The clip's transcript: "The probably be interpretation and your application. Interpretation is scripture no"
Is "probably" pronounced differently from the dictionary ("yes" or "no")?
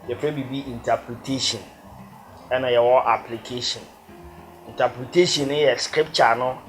yes